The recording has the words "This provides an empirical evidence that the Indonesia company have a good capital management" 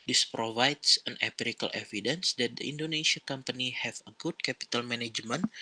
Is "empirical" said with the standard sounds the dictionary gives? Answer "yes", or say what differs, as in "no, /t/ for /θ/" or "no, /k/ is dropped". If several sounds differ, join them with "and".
no, /m/ is dropped